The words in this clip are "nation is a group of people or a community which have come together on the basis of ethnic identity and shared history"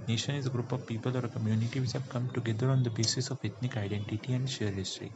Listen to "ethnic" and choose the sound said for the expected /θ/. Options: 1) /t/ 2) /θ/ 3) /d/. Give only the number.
1